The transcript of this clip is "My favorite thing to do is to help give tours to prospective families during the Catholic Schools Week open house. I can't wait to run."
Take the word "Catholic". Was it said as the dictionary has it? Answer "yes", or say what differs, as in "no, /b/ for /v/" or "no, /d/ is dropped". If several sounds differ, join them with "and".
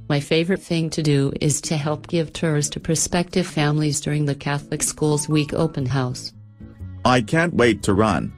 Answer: yes